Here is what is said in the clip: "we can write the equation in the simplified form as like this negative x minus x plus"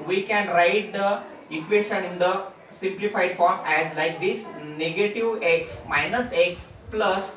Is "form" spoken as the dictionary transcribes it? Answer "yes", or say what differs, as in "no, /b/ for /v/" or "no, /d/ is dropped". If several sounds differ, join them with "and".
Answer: yes